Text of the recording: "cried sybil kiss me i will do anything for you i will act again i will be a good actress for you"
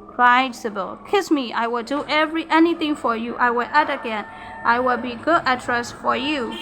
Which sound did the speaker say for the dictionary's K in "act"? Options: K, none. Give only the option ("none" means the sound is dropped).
none